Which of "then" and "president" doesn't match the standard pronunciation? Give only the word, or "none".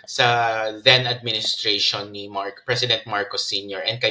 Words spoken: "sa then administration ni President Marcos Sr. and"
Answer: president